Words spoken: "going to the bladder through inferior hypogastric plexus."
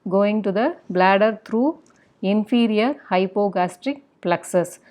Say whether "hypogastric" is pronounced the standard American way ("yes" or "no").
yes